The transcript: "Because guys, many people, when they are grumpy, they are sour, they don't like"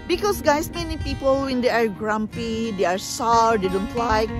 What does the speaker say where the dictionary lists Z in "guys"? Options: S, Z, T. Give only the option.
S